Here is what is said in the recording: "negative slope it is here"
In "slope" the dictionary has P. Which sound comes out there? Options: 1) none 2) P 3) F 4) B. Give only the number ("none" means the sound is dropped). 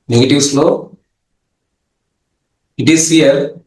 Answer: 1